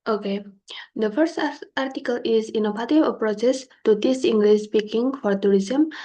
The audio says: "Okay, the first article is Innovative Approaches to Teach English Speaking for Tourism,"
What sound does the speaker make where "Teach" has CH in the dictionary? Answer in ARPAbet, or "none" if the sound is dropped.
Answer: S